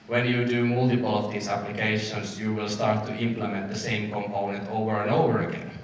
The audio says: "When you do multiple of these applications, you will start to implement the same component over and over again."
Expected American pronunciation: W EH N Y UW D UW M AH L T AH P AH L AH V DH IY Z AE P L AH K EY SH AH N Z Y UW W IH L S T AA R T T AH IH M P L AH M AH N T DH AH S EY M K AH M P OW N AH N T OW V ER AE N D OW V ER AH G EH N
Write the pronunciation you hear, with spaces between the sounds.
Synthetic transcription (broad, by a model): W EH N Y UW D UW M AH L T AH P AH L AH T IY S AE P L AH K EY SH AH N S Y UW W IH L S T AA R T T IH M P L AH M AH N T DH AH S EY M K AH M P OW N AH N T OW V ER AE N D OW V ER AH G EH N